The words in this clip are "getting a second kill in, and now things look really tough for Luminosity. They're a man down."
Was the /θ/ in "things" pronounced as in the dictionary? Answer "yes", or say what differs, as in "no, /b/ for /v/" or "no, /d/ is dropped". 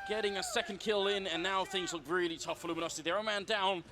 yes